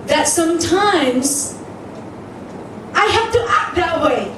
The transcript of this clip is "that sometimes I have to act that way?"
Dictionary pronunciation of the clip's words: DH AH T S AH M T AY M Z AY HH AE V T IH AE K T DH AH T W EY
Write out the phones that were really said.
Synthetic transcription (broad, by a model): DH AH T S AH M T AY M Z AY HH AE F T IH AE K T DH AH T W EY